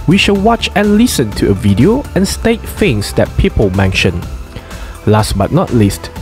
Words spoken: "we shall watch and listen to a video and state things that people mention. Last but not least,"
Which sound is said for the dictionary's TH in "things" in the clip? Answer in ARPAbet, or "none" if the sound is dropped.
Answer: F